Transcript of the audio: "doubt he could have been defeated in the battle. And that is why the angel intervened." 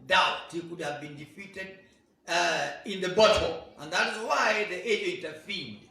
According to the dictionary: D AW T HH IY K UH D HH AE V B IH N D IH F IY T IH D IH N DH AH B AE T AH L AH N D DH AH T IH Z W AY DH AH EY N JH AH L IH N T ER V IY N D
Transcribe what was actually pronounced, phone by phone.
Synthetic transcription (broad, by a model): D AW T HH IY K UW D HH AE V B IH N D IH F IY T IH D IH N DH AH B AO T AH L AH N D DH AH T IH Z W AY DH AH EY JH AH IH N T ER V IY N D